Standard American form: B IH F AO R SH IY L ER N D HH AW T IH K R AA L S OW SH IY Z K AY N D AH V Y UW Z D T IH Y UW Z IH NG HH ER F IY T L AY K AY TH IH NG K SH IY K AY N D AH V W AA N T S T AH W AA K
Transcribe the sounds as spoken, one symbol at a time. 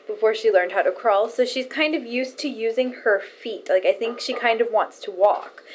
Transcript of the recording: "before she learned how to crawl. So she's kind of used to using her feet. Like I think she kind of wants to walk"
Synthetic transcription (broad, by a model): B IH F AO R SH IY L ER N D HH AW T IH K R AA L S OW SH IY Z K AY N D AH V Y UW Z T IH Y UW Z IH NG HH ER F IY T L AY K AY TH IH NG K SH IY K AY N D AH V W AA N T S T AH W AA K